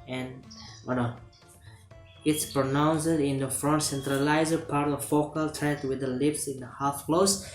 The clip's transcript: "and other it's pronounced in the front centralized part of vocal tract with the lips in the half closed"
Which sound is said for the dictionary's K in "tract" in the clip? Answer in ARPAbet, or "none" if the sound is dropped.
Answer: none